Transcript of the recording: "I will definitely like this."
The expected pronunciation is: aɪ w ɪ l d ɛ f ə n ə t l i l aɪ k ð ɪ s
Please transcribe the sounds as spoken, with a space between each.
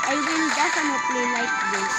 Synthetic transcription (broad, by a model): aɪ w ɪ n d ɛ f ə n ə t l i l aɪ k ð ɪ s